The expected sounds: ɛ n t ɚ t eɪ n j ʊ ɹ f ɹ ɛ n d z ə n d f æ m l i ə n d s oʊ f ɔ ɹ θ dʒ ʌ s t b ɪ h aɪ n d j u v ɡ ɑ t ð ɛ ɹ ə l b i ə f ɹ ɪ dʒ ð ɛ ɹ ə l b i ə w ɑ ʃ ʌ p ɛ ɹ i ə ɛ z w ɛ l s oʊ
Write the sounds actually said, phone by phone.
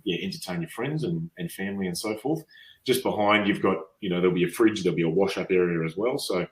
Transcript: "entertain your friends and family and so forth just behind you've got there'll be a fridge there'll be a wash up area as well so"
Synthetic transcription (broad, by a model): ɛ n t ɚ t eɪ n j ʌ ɹ f ɹ ɛ n d z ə n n f æ m l i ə n s oʊ f ɔ ɹ θ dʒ ʌ s b ɪ h aɪ n d j u v ɡ ɑ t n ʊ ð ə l b i ə f ɹ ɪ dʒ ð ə l b i ə w ɑ ʃ ʌ p ɛ ɹ i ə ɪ z w ɛ l s oʊ